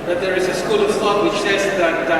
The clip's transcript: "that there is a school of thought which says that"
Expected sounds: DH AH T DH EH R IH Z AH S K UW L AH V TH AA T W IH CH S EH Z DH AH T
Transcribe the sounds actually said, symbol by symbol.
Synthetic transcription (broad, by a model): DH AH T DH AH R IH Z AH S K UW L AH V T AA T W IH CH S EH Z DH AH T